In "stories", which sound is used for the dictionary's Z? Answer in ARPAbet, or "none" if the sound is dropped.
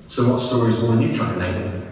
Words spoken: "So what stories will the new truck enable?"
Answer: Z